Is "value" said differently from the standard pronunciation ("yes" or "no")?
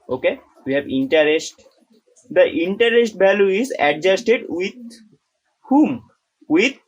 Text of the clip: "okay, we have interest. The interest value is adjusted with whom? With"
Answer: yes